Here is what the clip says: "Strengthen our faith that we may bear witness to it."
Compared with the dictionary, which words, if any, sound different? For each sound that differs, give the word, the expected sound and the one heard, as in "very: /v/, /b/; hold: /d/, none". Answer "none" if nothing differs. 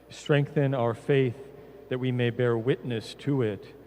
none